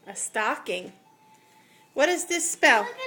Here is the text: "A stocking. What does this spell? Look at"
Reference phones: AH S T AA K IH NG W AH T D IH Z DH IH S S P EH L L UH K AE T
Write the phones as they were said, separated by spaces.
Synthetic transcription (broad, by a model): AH S T AA K IH NG W AH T D IH Z DH IH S S P EH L L